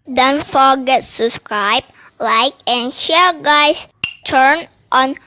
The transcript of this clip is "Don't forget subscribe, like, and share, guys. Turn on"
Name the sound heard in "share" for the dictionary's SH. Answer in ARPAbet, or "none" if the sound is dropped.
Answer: SH